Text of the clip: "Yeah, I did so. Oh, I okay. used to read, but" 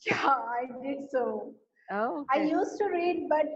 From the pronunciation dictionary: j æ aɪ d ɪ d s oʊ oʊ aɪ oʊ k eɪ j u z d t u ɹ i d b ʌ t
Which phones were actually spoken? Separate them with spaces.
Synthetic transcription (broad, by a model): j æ aɪ d ɪ d s oʊ oʊ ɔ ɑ ɪ j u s t u ɹ i d b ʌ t